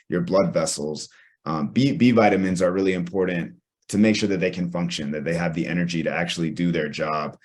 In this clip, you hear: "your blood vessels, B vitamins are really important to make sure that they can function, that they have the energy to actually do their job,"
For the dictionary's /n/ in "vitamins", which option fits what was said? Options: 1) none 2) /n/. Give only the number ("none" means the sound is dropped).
2